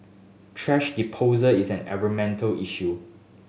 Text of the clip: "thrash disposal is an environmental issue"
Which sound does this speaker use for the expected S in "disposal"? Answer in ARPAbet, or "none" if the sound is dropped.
none